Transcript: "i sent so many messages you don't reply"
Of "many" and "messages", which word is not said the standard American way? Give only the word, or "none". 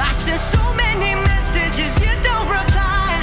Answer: none